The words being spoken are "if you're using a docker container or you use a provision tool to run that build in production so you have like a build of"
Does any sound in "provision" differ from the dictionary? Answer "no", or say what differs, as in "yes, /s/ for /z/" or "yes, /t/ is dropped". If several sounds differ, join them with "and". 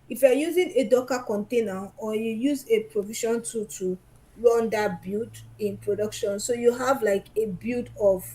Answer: yes, /ʃ/ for /ʒ/